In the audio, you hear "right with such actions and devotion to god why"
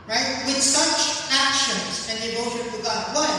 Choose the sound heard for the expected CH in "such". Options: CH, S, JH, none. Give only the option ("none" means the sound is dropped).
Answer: CH